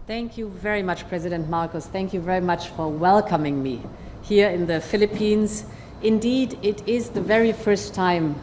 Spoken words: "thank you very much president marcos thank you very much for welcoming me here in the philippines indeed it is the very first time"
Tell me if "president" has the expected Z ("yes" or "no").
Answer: yes